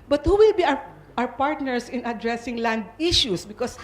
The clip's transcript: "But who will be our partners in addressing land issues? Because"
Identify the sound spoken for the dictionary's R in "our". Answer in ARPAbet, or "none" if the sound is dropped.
W